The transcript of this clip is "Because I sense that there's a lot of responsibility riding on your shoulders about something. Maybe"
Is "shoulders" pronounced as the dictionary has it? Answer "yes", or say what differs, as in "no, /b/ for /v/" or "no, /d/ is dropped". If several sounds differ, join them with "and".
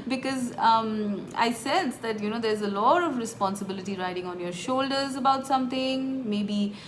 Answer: yes